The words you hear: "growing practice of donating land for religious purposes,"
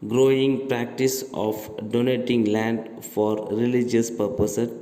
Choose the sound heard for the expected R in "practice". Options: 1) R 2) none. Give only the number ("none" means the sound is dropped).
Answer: 1